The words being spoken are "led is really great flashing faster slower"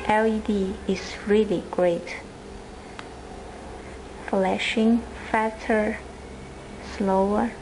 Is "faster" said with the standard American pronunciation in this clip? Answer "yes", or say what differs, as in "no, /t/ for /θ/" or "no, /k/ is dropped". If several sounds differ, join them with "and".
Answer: no, /s/ is dropped